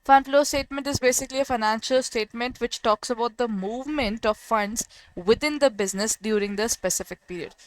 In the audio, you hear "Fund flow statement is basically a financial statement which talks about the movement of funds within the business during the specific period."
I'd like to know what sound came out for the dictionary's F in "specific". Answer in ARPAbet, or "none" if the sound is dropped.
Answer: F